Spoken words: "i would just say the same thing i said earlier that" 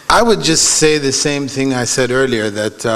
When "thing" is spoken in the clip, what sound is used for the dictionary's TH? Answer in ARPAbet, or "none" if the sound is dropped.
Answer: TH